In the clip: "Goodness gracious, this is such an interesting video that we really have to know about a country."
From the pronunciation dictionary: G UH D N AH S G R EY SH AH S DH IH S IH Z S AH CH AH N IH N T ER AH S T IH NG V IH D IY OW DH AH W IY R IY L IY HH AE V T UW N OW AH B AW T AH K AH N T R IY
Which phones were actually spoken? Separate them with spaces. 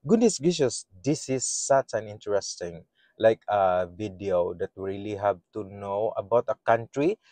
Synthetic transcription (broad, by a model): G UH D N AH S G IY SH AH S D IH S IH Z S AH CH AH N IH N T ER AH S T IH NG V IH D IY OW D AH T R IY L IY HH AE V T UW N OW AH B AW T AH K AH N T R IY